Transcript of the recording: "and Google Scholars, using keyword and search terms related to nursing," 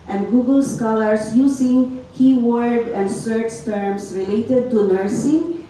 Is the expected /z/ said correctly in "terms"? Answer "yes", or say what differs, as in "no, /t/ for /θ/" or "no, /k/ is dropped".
no, /s/ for /z/